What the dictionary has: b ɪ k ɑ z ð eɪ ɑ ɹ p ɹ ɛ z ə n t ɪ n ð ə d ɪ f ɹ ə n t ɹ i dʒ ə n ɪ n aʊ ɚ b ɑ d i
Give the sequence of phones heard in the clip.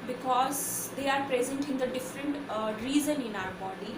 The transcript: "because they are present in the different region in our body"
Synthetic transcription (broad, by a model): b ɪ k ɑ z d eɪ ɑ ɹ p ɹ ɛ z ə n t ɪ n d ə d ɪ f ɹ ə n t ɹ i z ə n ɪ n aʊ ɚ b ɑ d i